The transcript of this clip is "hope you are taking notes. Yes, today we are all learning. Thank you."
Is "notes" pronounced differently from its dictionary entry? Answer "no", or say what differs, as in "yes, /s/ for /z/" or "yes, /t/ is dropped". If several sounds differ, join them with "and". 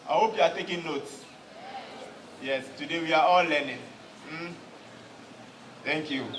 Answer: no